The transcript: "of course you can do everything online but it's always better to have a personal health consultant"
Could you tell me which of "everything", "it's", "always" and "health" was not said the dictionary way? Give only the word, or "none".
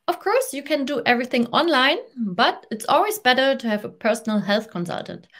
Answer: none